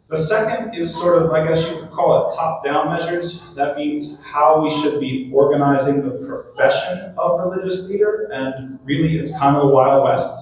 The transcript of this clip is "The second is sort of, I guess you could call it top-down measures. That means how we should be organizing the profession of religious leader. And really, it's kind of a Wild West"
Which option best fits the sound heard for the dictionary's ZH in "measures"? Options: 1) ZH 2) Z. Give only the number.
1